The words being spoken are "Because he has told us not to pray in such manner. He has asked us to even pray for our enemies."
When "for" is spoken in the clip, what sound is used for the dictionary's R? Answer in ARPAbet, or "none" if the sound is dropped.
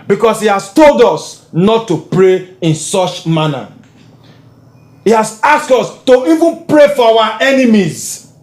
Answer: W